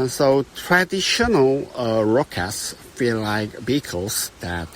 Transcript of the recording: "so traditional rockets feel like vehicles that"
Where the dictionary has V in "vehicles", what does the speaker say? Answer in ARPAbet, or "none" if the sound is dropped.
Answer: B